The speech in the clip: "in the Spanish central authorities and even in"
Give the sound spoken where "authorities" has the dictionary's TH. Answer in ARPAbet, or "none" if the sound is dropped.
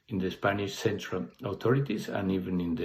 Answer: T